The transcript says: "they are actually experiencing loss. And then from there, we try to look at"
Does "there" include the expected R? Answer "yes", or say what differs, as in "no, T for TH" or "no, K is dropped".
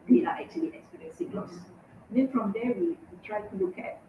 no, W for R